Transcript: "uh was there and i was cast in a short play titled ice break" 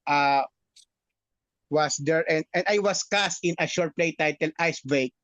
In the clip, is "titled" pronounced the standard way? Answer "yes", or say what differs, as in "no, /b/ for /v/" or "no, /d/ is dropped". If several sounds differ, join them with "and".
no, /d/ is dropped